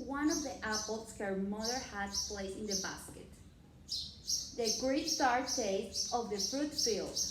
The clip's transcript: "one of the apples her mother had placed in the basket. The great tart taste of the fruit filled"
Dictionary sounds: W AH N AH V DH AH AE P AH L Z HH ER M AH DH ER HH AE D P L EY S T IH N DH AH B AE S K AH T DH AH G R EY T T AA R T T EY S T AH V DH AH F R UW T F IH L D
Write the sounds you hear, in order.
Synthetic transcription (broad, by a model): W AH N AH V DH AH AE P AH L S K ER M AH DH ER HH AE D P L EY T IH N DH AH B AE S K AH T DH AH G R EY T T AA R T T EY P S AH V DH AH F R UW T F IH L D